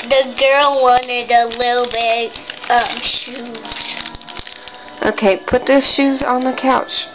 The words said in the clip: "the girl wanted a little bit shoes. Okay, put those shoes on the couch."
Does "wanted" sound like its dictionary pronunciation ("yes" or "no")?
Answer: yes